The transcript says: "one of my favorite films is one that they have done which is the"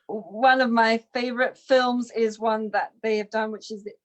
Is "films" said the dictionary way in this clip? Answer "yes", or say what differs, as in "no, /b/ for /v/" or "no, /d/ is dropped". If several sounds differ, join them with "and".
yes